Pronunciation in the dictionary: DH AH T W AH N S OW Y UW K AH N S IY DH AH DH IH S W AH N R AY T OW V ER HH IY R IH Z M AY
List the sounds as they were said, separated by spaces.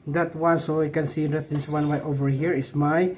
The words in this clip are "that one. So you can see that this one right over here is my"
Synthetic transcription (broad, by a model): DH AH T W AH N S OW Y K AH N S IY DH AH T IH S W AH N W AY T OW V ER HH IY R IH S M AY